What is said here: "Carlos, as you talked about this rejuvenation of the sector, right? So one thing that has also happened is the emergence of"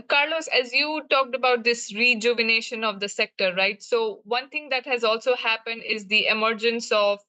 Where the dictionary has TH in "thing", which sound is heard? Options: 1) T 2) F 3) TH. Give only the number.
1